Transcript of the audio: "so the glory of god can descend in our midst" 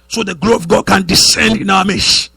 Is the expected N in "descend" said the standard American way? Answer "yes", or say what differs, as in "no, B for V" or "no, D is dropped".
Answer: yes